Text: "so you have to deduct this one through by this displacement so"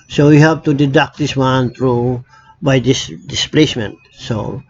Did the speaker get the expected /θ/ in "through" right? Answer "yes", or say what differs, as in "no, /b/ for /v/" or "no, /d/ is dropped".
no, /t/ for /θ/